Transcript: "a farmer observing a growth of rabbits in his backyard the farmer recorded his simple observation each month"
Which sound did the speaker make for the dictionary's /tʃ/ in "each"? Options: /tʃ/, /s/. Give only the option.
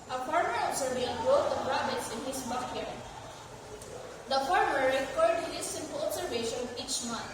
/tʃ/